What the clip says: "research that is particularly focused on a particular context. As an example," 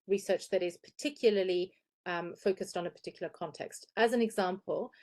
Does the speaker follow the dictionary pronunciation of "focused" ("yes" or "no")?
yes